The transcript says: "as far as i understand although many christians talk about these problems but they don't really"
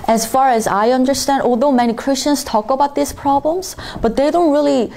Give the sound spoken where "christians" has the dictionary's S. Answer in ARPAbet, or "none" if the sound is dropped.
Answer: S